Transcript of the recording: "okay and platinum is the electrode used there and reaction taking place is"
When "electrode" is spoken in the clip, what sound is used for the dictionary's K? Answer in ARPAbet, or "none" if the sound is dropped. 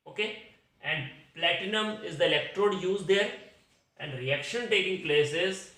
K